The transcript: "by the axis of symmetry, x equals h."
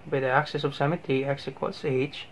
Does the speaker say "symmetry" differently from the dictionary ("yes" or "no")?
yes